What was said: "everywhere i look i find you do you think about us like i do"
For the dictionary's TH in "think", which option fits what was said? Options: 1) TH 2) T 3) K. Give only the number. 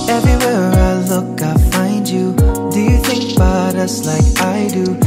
1